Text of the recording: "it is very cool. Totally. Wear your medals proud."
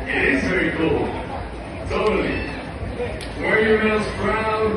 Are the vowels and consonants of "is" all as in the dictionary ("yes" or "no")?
yes